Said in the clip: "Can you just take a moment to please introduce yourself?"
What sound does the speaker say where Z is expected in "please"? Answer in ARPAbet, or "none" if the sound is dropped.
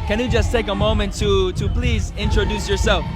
Z